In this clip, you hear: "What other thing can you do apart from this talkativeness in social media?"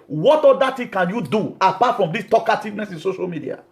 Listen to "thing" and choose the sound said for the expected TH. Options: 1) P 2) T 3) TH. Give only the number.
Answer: 2